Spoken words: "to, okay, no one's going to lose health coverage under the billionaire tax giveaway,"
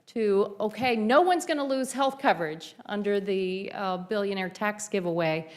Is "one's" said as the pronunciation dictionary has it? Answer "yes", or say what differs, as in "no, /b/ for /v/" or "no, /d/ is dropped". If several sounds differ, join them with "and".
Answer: yes